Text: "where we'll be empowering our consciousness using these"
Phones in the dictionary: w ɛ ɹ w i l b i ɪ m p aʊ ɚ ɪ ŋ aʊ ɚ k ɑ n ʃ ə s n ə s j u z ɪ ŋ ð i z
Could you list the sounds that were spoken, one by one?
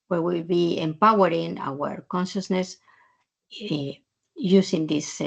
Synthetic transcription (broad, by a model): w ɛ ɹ w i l b i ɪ m p aʊ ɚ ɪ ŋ aʊ ɚ k ɑ n ʃ ə s n ə s j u s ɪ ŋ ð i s